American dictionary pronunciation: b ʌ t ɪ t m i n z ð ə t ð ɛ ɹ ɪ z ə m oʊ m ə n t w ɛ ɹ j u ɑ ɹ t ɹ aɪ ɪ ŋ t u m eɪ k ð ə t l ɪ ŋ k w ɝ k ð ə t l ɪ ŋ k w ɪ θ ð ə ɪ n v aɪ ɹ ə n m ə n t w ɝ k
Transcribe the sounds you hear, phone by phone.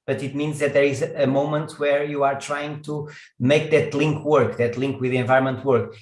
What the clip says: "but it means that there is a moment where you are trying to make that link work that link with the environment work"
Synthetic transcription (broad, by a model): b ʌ t ɪ t m i n z ð ə t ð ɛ ɹ ɪ z ə m oʊ m ə n t w ɛ ɹ j u ɑ ɹ t ɹ aɪ ɪ ŋ t u m eɪ k ð ə t l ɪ ŋ k w ɝ k ð ə t l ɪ ŋ k w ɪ ð ə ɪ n v aɪ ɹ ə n m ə n t w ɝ k